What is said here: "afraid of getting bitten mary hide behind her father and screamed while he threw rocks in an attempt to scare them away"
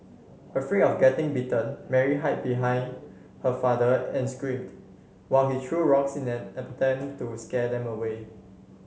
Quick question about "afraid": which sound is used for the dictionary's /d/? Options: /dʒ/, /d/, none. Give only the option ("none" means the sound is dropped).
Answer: none